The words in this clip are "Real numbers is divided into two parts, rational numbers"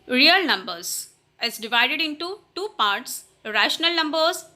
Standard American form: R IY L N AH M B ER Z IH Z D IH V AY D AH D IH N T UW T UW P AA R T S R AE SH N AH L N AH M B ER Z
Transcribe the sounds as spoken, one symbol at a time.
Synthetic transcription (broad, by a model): R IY L N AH M B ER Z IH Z D IH V AY D AH D IH N T UW T UW P AA R T S R AE SH N AH L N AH M B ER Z